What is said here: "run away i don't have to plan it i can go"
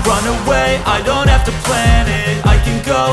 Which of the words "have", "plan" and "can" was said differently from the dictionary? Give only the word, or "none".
have